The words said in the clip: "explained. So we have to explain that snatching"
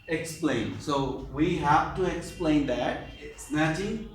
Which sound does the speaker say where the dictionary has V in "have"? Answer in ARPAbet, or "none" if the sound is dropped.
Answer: F